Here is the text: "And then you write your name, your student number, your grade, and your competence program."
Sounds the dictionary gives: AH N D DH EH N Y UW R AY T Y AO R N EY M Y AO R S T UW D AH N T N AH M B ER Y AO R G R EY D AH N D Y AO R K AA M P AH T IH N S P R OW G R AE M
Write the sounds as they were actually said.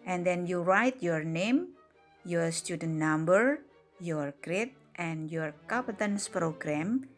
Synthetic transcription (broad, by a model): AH N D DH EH N Y UW R AY T Y AO R N EY M Y AO R S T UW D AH N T N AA M B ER Y AO R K R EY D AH N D Y AO R K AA P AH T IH N S P R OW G R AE M